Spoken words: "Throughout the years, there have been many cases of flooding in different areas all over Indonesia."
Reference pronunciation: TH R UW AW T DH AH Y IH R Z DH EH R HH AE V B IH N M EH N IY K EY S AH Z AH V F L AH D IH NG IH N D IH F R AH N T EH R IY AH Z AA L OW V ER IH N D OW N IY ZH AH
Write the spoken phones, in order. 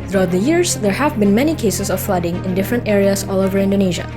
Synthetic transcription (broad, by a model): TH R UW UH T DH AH Y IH R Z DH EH R HH AE V B IH N M EH N IY K EY S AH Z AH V F L AH D IH NG IH N D IH F R AH N T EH R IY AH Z AA L OW V ER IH N D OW N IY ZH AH